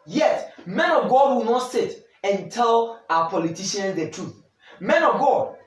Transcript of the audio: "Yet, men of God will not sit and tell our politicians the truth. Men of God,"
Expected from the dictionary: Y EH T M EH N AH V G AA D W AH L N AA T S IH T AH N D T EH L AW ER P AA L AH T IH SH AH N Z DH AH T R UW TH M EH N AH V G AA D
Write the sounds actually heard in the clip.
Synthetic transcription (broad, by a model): Y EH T M EH N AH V G AA D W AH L N AA T S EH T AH N T EH L AW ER P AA L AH T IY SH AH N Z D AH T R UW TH M EH N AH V G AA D